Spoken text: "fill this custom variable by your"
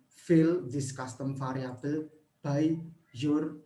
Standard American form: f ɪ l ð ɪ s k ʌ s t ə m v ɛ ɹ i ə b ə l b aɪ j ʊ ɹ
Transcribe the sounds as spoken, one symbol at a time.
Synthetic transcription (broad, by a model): f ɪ l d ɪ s k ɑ s t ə m f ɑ ɹ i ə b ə l b aɪ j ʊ ɹ